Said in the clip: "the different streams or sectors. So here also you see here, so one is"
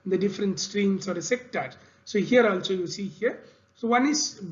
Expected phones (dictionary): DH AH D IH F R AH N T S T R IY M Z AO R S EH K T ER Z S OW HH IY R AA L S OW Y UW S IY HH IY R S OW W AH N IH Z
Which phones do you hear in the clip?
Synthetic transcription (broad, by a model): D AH D IH F R AH N T S T R IY M S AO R S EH K T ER S OW HH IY R AA L S OW Y UW S IY HH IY R S OW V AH N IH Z